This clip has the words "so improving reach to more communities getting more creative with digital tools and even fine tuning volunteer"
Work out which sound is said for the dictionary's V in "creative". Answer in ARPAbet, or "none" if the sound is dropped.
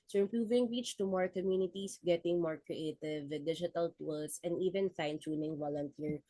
V